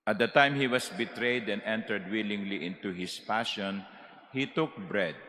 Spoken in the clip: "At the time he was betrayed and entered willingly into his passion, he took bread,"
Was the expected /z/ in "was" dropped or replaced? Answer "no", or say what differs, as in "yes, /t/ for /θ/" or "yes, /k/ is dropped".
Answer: yes, /s/ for /z/